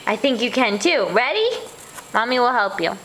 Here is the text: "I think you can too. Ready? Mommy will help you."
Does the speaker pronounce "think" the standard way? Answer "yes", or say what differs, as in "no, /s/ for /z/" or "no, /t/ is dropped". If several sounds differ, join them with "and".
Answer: yes